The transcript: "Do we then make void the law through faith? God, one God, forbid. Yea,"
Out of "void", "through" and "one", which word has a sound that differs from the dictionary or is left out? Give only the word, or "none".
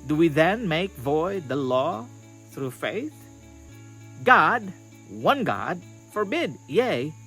none